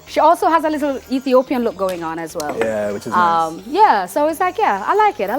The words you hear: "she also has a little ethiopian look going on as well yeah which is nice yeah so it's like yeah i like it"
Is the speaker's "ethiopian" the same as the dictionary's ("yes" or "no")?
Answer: yes